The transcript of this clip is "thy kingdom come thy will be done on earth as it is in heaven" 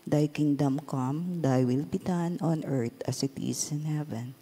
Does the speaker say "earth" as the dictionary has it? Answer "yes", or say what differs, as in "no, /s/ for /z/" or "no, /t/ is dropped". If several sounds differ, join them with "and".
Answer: no, /t/ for /θ/